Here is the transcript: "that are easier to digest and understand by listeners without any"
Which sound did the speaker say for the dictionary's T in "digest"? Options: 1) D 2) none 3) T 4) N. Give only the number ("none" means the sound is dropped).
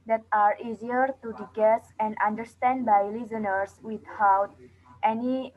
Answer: 2